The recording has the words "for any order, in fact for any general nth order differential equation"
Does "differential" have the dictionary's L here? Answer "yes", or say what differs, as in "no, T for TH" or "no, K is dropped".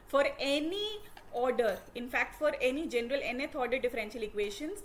yes